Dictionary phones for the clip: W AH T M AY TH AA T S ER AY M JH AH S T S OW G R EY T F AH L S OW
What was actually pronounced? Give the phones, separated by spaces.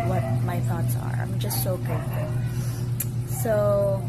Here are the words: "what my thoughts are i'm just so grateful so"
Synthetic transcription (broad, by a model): W AH T M AY TH AA T S ER AY M JH AH S T S OW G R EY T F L S OW